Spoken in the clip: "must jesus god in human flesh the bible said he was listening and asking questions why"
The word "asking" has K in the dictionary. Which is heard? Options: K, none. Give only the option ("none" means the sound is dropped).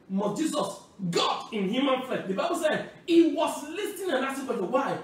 none